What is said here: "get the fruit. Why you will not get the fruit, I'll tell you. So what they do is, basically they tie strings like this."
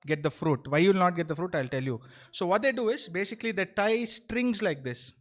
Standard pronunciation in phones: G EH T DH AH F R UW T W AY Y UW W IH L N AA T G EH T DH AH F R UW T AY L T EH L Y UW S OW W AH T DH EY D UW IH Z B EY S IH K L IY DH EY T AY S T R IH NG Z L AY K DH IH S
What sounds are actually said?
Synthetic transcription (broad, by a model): G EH T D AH F R UW T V AY Y UW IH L N AA T G EH T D AH F R UW T AY L T EH L Y UW S OW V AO T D EY D UW IH Z B EY S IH K L IY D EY T AY S T R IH NG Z L AY K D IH S